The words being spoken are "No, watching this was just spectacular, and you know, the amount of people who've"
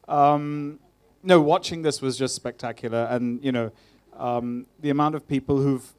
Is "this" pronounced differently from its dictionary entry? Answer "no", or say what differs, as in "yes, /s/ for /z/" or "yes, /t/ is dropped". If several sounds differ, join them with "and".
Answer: no